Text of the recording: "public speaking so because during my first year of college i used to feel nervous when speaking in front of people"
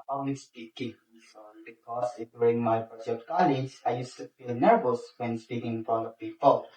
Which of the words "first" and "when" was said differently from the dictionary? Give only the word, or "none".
first